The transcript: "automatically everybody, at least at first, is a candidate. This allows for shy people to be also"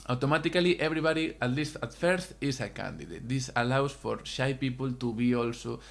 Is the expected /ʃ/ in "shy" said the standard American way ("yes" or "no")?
yes